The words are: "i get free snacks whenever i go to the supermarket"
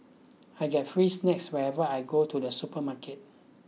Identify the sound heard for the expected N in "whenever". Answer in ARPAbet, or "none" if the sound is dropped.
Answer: none